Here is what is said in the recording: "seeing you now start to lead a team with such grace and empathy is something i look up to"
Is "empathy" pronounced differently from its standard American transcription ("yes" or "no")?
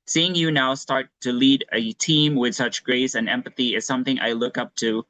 no